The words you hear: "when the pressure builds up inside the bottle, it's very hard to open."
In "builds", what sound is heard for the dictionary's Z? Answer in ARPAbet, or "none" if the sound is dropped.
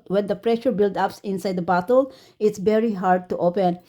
none